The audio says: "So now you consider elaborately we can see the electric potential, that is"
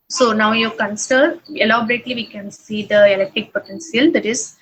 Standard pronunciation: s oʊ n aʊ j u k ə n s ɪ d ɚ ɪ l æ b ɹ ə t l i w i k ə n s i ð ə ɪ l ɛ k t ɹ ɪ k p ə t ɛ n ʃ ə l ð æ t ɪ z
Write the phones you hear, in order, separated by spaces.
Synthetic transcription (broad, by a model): s oʊ n aʊ j u k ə n s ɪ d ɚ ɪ l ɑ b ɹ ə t l i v i k ə n s i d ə ɪ l ɛ k t ɹ ɪ k p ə t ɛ n s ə l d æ t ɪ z